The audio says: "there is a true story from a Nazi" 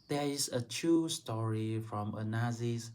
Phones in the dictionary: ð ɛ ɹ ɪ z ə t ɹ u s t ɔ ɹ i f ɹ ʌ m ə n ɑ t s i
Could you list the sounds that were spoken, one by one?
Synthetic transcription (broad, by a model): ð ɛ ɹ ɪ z ə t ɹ u s t ɔ ɹ i f ɹ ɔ m ə n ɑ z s